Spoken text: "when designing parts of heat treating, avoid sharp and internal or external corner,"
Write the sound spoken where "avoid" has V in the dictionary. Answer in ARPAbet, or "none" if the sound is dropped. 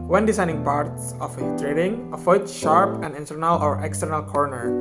F